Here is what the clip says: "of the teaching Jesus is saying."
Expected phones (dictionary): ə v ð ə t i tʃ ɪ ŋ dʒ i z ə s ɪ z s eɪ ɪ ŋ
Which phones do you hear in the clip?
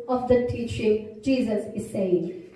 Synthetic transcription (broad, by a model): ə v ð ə t i tʃ ɪ ŋ dʒ i z ə s ɪ z s eɪ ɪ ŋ